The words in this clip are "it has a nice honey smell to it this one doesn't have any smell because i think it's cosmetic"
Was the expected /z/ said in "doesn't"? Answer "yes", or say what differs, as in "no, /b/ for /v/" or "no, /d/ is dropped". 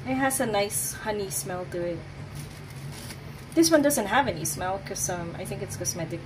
yes